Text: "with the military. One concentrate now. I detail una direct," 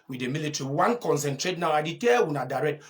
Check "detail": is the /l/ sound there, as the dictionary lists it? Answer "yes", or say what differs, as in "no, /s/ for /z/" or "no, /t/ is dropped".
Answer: no, /w/ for /l/